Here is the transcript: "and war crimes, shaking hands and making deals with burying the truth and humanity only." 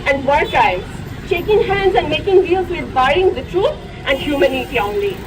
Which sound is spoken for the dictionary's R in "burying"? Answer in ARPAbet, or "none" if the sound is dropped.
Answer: none